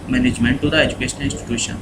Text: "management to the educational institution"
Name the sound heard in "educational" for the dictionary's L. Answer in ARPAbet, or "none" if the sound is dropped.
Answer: N